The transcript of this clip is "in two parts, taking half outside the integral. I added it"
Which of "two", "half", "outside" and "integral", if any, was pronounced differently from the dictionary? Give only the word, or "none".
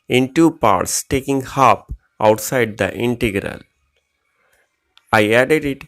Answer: half